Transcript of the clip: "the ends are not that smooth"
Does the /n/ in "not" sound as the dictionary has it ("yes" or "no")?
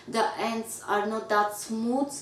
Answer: yes